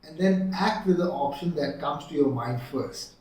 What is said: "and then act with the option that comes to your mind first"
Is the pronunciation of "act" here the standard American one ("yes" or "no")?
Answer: yes